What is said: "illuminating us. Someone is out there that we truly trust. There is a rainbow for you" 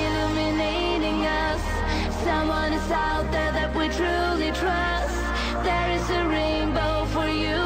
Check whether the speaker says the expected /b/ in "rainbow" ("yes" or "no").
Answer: yes